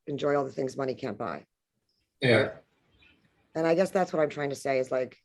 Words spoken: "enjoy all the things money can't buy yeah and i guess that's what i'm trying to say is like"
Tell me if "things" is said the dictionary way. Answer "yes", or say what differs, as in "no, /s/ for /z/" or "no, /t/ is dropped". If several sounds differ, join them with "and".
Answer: yes